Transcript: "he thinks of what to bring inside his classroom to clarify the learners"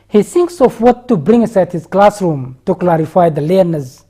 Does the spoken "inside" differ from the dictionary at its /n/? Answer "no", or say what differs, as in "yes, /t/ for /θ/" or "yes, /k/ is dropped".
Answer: yes, /n/ is dropped